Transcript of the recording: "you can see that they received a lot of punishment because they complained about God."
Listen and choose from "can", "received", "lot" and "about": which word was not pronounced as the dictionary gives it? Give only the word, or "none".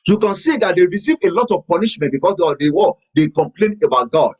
received